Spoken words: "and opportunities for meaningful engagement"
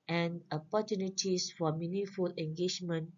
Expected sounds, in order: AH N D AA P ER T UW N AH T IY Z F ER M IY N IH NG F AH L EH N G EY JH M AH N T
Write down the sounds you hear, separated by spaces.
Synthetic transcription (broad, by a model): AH N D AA P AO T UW N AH T IY S F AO M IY N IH F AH L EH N G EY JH M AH N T